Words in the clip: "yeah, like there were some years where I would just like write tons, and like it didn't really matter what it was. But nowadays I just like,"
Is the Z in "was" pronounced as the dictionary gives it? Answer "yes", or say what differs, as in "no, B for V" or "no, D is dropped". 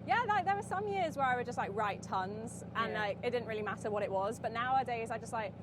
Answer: yes